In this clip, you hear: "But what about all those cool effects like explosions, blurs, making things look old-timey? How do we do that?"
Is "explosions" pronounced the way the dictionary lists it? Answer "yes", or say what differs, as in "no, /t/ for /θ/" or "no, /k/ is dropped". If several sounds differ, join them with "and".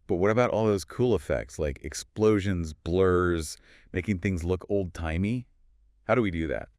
yes